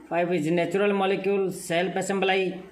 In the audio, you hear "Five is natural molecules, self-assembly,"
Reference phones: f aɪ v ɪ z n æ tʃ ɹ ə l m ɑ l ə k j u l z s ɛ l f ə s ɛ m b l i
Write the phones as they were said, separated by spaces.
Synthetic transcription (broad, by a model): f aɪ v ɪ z n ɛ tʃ ɹ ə l m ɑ l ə k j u l s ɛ l p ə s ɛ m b l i